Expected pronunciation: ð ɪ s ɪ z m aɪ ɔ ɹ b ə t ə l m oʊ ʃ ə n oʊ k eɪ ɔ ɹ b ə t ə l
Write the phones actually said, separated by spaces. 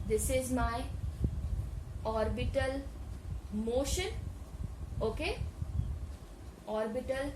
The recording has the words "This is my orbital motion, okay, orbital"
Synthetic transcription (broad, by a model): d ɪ s ɪ z m aɪ ɔ ɹ b ə t ə l m oʊ ʃ ə n oʊ k eɪ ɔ ɹ b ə t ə l